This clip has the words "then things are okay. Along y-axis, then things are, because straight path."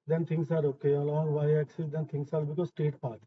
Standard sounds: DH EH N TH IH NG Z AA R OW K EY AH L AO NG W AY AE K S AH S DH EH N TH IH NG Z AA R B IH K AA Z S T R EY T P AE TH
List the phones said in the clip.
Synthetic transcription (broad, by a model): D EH N T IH NG S AA R OW K EY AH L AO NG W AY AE K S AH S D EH N T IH NG S AA R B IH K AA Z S T EY T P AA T